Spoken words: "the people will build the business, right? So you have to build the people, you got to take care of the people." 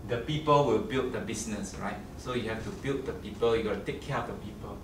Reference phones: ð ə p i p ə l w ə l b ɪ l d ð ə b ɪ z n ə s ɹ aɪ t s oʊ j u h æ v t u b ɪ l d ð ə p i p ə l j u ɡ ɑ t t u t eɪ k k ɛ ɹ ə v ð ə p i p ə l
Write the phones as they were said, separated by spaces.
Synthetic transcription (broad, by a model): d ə p i p ə l w ə l b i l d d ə b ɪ s n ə s ɹ aɪ t s oʊ j u h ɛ f t u b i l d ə p i p ə l j u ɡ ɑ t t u t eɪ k k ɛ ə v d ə p i p ə l